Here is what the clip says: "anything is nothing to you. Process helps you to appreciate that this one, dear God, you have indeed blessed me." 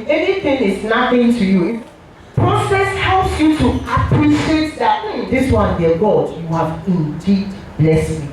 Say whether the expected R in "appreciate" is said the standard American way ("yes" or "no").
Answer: yes